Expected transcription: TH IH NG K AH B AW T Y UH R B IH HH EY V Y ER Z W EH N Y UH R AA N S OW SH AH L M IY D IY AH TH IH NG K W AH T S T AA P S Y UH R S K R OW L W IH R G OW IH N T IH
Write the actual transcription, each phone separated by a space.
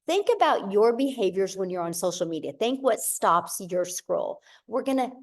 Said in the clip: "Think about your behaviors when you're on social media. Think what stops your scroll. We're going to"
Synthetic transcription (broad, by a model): TH IH NG K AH B AW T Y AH R B IH HH EY V Y ER Z W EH N Y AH R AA N S OW SH L M IY D IY AH TH IH NG K W AH T S T AA P S Y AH R S K R OW L W IH R G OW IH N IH